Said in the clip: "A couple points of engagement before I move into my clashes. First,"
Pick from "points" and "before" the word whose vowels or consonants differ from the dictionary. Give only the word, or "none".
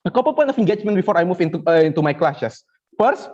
points